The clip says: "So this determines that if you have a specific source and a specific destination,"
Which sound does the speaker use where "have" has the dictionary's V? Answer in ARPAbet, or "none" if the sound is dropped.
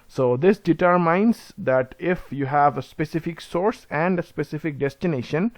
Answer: V